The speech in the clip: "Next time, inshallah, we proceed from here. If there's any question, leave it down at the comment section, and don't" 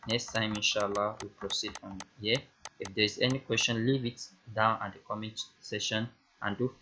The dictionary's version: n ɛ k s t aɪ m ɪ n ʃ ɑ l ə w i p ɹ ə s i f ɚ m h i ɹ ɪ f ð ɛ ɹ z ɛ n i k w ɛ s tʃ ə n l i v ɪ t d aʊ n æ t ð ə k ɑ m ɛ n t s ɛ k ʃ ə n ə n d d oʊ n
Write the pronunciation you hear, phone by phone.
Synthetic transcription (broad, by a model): n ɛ k s t aɪ m ɪ n ʃ ɑ l ə w i p ɹ ə s i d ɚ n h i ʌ ɪ f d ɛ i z ɛ n i k w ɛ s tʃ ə n l i v ɪ t d aʊ n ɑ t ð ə k ɑ m ɛ n t s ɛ ʃ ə n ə n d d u